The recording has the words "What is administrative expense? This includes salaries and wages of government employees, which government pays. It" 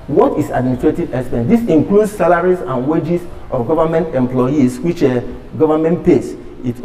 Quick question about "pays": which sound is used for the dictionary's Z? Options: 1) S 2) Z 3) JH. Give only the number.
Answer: 1